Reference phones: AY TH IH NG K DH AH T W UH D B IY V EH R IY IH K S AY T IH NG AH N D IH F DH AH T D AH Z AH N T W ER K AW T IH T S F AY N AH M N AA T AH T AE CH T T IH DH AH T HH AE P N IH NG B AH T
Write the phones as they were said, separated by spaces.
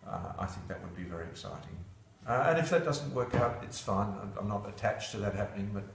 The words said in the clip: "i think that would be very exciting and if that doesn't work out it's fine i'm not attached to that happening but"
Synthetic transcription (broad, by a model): AY TH IH NG K DH AH T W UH D B IY V EH R IY IH K S AY T IH NG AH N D IH F DH AH T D AH Z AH N T W ER K AW T IH T S F AY N AH M N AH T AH T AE CH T T IH DH AH T HH AE P N IH NG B AH T